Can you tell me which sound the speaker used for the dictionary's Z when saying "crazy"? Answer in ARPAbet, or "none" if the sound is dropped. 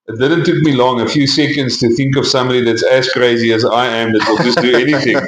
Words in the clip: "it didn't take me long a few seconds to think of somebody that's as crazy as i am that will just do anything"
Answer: Z